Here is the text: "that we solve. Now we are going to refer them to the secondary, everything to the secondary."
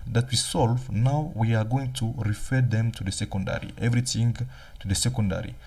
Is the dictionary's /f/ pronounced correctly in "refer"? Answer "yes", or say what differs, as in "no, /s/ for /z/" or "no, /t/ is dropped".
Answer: yes